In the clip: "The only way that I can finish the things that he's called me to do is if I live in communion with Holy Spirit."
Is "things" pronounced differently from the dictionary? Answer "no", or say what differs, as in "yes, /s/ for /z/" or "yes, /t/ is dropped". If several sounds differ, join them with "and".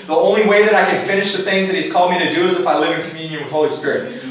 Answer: no